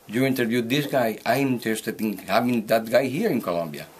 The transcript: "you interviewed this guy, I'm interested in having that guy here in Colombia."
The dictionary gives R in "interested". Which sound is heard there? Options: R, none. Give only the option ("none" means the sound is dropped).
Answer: none